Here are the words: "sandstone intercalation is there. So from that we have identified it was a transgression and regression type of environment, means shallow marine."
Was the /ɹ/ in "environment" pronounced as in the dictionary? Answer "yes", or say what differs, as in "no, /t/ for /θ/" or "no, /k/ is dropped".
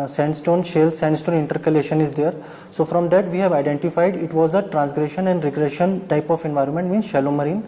yes